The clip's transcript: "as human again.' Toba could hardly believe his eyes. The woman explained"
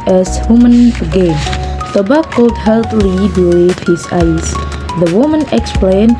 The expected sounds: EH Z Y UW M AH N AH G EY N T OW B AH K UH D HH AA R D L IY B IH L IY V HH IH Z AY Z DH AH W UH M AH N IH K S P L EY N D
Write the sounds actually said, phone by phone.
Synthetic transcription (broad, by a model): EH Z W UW M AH N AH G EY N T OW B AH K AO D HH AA L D L IY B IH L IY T HH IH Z AY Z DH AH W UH M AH N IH K S P L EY N